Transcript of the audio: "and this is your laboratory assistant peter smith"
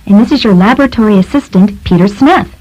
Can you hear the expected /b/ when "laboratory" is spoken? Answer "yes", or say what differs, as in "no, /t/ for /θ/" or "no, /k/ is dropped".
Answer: yes